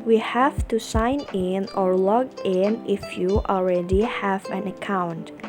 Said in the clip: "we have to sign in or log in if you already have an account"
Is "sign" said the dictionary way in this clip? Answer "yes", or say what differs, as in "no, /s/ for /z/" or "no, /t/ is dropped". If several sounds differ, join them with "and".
yes